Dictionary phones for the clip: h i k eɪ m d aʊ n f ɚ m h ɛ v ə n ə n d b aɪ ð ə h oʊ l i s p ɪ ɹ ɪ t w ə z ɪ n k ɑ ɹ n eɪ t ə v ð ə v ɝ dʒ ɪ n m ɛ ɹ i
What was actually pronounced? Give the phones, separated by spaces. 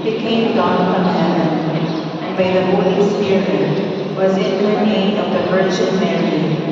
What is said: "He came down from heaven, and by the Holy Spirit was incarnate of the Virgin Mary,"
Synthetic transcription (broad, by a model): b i k eɪ m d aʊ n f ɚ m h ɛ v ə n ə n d b aɪ ð ə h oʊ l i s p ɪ ɹ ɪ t w ə z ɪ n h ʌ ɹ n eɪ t ə v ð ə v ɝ tʃ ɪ l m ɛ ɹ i